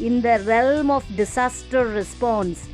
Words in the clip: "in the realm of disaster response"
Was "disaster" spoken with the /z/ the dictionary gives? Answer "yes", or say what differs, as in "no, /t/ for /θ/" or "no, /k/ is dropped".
no, /s/ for /z/